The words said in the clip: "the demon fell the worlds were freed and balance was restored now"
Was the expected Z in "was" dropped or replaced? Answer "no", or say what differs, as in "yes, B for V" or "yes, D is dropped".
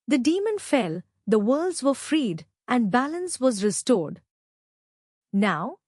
no